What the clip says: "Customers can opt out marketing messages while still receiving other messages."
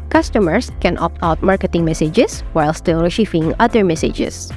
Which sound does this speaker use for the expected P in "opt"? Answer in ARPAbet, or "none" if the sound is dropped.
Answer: P